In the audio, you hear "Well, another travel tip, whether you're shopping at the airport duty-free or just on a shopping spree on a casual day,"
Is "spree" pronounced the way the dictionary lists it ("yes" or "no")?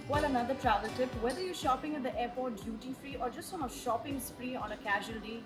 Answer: no